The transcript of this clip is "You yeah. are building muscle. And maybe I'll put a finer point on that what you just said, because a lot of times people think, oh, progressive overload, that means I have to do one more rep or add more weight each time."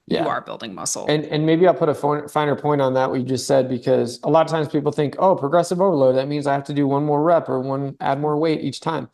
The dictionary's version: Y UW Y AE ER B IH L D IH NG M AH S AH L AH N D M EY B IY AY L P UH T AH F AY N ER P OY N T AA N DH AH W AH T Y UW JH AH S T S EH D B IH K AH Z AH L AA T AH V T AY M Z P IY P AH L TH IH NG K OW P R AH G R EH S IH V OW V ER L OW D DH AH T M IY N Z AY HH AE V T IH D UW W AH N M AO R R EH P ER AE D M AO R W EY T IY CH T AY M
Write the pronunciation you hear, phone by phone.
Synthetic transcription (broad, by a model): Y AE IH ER B IH L D IH NG M AH S L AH N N M EY B IY AY L P UH T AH F AY N ER P OY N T N DH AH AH T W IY JH AH S T S EH D B IH K AH Z AH L AA T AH T AY M Z P IY P L TH IH NG K OW P R AH G R EH S IH V OW V ER L OW D DH AH T M IY N Z AY HH AE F T IH D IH W AH N M AO R R EH P ER AE D M AO R W EY T IY CH T AY M